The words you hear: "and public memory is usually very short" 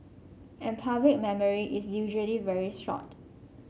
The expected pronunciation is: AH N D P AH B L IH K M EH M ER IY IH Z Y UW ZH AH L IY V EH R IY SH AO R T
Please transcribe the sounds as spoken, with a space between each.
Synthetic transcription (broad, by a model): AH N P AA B L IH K M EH M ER IY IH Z Y UW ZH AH L IY V EH R IY S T R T